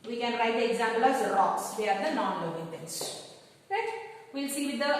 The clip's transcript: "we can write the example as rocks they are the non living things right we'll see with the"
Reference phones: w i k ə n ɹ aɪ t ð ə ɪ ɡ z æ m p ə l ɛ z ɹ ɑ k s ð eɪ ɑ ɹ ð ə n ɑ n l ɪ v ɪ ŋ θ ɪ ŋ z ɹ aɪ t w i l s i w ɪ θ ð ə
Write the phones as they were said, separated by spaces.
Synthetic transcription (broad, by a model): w i k ə n ɹ aɪ t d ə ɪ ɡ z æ m p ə l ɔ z ɹ ɑ k s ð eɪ ɑ ɹ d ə n ɑ n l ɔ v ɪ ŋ t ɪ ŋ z ɹ aɪ t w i l s i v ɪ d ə